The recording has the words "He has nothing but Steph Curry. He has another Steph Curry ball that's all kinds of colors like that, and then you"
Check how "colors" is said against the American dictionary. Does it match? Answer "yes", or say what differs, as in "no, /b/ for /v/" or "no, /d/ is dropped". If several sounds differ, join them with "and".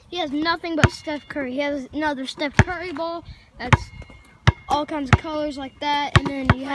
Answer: no, /l/ is dropped